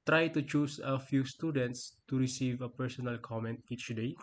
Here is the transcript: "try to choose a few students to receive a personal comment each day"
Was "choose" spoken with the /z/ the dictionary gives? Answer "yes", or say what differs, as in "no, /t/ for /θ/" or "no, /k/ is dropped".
no, /s/ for /z/